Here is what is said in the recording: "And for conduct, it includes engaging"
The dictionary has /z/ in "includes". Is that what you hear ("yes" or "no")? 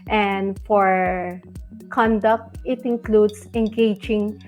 no